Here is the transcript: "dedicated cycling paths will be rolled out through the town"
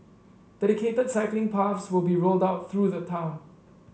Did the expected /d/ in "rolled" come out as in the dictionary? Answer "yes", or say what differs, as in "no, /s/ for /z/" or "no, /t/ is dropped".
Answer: yes